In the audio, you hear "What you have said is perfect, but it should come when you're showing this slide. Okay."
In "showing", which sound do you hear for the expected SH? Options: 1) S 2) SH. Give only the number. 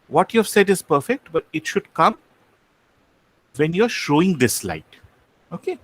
2